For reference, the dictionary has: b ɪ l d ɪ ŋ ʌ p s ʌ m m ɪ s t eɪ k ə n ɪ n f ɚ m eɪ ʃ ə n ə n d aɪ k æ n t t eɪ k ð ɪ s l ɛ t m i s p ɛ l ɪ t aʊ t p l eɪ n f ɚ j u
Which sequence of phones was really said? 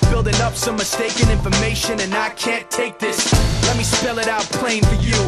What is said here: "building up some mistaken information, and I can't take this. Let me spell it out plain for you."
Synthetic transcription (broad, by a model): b ɪ l d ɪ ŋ ʌ p s ʌ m m ɪ s t eɪ k ə n ɪ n f ɚ m eɪ ʃ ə n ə n aɪ k æ n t t eɪ k ð ɪ s l ɛ t m i s p ɛ l ɪ t aʊ t p l eɪ n f ɚ j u